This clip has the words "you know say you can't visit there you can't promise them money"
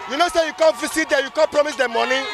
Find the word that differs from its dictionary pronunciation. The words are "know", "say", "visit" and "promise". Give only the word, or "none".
visit